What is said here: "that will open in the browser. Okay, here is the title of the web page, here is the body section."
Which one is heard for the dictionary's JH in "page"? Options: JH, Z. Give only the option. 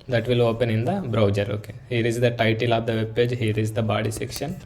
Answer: JH